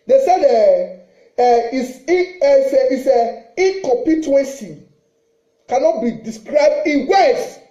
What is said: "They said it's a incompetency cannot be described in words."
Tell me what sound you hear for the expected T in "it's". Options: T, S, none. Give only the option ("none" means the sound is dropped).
S